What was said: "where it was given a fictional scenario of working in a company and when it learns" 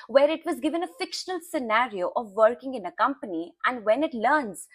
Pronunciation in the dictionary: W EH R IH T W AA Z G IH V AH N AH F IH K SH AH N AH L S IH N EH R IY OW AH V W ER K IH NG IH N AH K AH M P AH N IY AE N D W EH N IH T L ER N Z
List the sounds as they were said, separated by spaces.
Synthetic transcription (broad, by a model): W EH R IH T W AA Z G IH V AH N AH F IH K SH AH N AH L S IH N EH R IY OW AH V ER K IH NG IH N AH K AH M P AH N IY AE N D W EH N IH T L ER N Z